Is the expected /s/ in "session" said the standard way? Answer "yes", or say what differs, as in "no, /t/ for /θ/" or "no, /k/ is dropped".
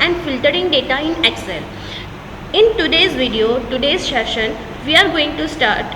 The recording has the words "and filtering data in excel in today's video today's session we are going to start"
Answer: no, /ʃ/ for /s/